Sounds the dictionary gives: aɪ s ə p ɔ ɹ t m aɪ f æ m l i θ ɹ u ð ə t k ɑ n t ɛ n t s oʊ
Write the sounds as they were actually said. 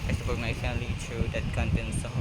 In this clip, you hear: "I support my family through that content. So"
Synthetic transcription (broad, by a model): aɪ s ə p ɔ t m aɪ f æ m l i t ɹ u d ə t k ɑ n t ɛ n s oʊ